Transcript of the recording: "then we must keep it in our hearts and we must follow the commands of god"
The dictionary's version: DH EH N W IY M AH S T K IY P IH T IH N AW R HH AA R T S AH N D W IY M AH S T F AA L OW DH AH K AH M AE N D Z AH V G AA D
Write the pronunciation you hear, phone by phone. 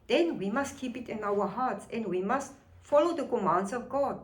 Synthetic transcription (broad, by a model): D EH N W IY M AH S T K IY P IH T IH N AW W HH AA T S AH N D W IY M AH S T F AA L OW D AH K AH M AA N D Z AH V G AA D